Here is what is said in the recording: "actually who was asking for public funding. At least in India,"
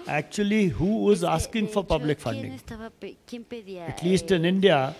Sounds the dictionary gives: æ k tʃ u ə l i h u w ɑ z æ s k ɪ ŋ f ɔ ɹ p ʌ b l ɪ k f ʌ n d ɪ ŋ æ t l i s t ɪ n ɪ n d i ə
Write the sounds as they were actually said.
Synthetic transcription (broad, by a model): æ k tʃ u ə l i h u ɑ z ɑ s k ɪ ŋ f ɔ ɹ p ʌ b l ɪ k f ʌ n d ɪ ŋ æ t l i s t ɪ n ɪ n d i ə